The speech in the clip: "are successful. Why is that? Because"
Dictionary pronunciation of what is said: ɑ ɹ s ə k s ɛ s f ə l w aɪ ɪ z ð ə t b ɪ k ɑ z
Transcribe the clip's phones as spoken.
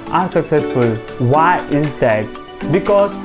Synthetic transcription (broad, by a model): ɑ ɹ s ə k s ɛ s f ə l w aɪ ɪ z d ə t b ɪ k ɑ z